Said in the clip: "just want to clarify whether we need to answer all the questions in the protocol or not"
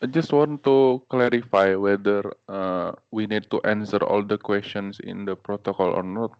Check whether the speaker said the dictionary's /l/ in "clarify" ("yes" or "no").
yes